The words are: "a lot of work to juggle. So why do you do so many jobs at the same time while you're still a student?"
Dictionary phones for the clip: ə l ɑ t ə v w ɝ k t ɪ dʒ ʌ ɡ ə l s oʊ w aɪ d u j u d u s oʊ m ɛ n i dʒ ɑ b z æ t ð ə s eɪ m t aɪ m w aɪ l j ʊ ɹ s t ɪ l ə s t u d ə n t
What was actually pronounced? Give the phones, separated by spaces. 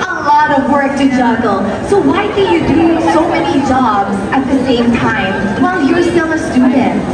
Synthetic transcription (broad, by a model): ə l ɑ t ə v w ɝ k t ɪ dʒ ʌ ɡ l s oʊ w aɪ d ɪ j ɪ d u s oʊ m ɛ n i dʒ ɑ b z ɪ t ð ə s eɪ m t aɪ m w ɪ l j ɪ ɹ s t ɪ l ə s t u d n t